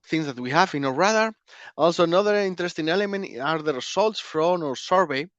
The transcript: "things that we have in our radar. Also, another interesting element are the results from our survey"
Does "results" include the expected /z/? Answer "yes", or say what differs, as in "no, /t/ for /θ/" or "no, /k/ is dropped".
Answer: no, /s/ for /z/